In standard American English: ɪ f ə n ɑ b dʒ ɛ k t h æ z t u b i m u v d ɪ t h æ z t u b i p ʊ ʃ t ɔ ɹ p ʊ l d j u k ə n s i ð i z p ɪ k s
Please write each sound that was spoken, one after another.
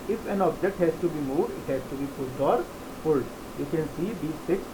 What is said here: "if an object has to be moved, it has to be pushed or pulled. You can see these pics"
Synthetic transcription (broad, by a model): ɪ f ə n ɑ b dʒ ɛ k t h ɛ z t u b i m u d ɪ t h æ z t u b i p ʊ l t ɔ ɹ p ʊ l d j u k ə n s i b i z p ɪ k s